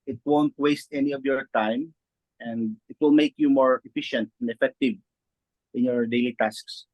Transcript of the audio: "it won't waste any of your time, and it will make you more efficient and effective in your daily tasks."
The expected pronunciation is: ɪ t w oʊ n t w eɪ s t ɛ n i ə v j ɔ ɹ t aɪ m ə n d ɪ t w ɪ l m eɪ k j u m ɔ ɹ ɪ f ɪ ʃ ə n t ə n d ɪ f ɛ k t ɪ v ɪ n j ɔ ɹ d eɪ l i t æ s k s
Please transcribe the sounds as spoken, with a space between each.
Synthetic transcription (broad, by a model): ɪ t w oʊ n t w eɪ s t ɛ n i ə v j ɔ ɹ t aɪ m ə n d ɪ t w ɪ l m eɪ k j u m ɔ ɹ ɪ f ɪ ʃ ə n t ə n d ɪ f ɛ k t ɪ v ɪ n j ɔ ɹ d eɪ l i t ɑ s k s